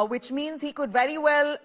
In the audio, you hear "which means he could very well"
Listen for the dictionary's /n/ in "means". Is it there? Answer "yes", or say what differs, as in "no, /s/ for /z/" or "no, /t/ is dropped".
yes